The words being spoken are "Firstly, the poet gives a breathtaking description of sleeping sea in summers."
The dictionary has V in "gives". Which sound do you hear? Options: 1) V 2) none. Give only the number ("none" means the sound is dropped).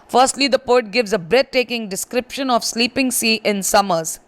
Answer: 1